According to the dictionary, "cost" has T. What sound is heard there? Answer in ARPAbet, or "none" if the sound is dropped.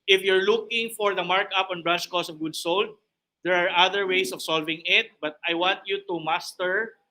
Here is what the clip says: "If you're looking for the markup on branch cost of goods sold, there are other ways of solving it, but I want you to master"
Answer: none